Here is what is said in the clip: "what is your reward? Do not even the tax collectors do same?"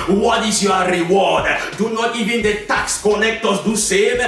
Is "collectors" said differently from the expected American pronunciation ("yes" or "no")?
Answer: yes